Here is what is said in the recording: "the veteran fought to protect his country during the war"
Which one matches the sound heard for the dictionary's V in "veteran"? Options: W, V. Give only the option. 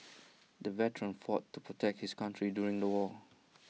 V